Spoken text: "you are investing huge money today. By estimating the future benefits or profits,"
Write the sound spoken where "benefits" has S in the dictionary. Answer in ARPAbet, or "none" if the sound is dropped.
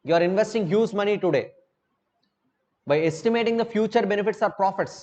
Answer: S